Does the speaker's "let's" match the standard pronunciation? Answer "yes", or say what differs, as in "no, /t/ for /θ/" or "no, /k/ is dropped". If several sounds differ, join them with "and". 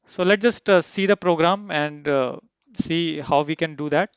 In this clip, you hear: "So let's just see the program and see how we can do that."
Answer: no, /s/ is dropped